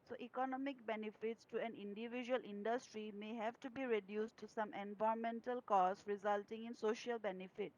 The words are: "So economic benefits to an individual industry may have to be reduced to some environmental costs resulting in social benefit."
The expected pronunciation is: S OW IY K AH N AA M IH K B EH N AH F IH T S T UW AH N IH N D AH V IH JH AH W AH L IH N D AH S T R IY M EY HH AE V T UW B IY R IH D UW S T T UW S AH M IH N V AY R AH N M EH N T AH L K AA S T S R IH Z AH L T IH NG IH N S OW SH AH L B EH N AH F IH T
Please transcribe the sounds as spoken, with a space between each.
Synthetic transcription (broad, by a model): S OW IY K AH N AA M IH K B EH N AH F IH T S T UW AH N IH N D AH V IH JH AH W AH L IH N D AH S T R IY M EY HH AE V T UW B IY R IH D UW S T T UW S AH M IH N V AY AH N M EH N T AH L K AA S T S R IH Z AH L T IH NG IH N S OW SH AH L B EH N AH F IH T